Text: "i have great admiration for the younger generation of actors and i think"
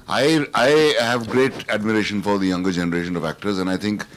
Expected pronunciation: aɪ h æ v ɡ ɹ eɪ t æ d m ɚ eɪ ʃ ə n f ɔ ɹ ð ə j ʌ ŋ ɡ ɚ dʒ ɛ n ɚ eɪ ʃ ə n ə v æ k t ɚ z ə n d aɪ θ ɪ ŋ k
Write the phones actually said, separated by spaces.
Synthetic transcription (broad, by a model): aɪ h æ v ɡ ɹ eɪ t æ d m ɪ eɪ ʃ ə n f ɔ ɹ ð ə j ʌ ŋ ɡ ɚ dʒ ɛ n ɚ eɪ ʃ ə n ə v æ k t ɚ z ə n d aɪ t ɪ ŋ k